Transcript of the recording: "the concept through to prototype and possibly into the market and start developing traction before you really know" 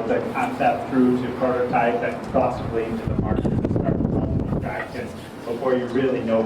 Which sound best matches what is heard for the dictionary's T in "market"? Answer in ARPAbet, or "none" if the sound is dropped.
none